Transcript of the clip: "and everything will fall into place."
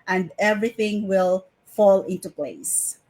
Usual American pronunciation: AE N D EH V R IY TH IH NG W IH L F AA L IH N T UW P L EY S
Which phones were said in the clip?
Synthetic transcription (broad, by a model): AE N D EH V R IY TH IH NG W IH L F AA L IH N T UW P L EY S